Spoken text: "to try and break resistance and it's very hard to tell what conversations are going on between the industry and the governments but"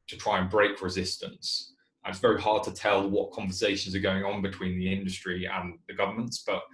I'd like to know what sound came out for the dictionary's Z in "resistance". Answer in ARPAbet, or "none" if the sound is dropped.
Z